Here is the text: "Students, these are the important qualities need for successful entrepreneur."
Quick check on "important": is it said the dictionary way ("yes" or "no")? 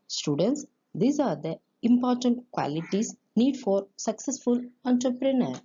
yes